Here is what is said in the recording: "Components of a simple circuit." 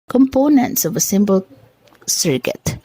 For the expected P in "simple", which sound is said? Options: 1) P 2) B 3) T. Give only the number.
2